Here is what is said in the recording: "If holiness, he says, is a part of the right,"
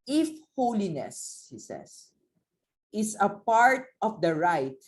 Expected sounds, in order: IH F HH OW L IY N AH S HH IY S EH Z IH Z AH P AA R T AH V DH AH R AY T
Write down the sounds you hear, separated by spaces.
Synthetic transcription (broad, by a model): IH F HH OW L IY N AH S HH IY S EH S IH S AH P AA R T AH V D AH R AY T